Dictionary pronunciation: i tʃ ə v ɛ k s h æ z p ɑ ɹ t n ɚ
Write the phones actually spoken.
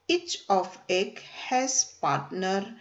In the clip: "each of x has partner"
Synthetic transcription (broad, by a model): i tʃ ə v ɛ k h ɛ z p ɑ ɹ t n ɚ